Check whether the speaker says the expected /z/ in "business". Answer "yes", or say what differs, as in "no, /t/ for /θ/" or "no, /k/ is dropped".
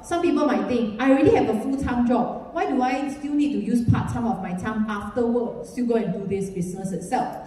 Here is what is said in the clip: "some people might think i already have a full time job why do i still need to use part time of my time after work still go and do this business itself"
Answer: no, /s/ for /z/